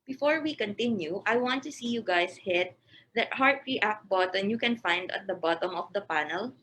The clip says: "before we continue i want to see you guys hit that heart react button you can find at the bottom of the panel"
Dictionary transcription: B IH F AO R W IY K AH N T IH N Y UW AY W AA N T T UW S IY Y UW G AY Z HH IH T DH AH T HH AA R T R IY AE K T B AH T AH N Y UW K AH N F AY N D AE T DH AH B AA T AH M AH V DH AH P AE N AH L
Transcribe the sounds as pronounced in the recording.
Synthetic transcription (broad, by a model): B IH F AO R W IY K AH N T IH N Y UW AY W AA N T T UW S IY Y UW G AY S HH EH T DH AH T HH AA R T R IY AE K B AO T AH N Y UW K AH N F AY N D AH T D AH B AA T AH M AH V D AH P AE N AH L